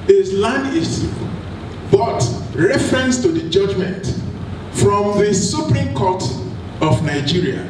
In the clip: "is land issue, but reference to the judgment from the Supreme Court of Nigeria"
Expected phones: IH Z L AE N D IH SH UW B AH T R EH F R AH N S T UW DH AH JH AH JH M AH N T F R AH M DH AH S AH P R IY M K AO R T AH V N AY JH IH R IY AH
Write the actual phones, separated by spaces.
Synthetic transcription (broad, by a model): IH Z L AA N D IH S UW B AH T R EH F R AH N S T UW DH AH JH AH JH M AH N T F R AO M DH AH S AH P R IY M K AO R T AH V N AY JH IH R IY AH